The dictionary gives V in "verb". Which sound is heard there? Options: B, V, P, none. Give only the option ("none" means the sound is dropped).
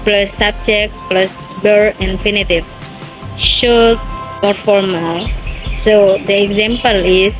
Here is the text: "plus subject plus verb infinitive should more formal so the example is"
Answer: B